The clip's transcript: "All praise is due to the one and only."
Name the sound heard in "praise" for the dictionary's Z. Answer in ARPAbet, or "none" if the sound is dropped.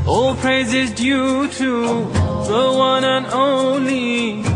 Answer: Z